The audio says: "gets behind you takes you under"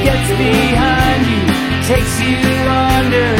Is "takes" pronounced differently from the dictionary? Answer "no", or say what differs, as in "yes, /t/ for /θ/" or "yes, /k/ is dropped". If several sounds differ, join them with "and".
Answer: no